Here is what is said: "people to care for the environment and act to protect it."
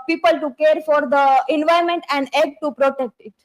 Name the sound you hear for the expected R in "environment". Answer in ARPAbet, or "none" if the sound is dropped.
none